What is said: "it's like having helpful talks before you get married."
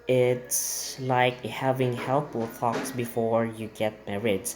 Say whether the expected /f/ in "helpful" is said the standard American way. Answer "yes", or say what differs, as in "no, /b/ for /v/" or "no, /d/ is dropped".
no, /f/ is dropped